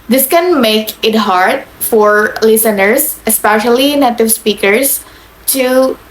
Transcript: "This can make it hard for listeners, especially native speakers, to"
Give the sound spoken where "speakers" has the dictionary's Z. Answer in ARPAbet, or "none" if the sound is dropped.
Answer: S